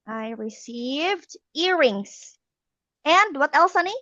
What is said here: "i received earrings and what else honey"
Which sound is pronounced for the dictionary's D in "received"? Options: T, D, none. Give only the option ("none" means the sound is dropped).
D